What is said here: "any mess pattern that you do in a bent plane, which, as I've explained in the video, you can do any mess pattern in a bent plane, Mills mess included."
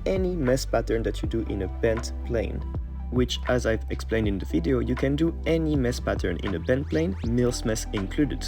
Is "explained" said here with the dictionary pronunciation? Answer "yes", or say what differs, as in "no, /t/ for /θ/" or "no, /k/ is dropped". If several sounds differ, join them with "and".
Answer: yes